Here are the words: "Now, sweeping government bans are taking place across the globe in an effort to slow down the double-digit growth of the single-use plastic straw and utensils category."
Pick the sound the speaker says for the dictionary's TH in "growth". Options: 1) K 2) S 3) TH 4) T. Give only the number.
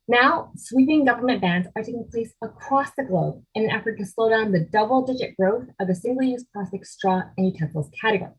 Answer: 3